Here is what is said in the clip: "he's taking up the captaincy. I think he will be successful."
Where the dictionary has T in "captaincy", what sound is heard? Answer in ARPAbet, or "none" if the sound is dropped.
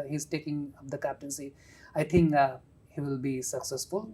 T